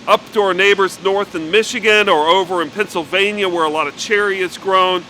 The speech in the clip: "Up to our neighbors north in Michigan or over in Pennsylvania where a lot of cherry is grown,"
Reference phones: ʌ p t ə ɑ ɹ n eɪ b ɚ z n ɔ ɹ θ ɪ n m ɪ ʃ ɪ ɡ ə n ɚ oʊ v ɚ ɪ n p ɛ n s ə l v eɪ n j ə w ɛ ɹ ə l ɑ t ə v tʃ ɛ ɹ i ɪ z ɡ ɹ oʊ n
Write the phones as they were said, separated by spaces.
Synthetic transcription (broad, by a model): ʌ p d ɑ ɹ n eɪ b ɚ z n ɔ ɹ θ ɪ n m ɪ ʃ ɪ ɡ ə n ɚ oʊ v ɚ ɪ n p ɛ n s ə l v eɪ n j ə w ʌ ɹ ə l ɑ t ə v tʃ ɛ ɹ i ɪ z ɡ ɹ oʊ n